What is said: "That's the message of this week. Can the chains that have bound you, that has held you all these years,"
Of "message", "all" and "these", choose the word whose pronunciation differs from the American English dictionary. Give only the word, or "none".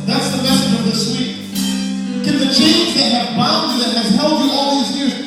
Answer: none